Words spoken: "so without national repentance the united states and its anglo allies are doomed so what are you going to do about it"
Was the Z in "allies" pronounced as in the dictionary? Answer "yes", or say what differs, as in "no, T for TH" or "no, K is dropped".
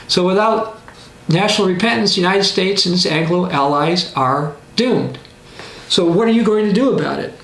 yes